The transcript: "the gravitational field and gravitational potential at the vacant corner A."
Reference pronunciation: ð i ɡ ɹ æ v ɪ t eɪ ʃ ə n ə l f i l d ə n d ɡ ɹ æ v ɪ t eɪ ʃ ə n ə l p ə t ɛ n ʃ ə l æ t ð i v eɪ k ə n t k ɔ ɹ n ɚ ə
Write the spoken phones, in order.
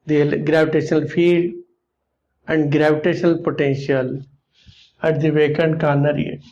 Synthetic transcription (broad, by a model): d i ɡ ɹ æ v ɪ t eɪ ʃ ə n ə l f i d ə n d ɡ ɹ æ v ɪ t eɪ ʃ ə n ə l p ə t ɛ n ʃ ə l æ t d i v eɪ k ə n k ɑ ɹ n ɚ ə